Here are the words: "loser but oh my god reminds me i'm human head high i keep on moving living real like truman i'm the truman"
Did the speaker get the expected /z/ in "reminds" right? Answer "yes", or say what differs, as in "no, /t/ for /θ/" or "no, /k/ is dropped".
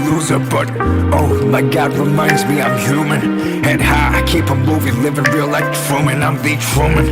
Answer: yes